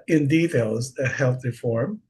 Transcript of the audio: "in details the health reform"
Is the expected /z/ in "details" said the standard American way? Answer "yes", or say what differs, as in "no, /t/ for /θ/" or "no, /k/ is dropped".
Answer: yes